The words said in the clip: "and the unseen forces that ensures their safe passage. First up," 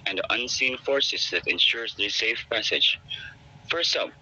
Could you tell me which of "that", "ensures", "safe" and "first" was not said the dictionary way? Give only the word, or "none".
none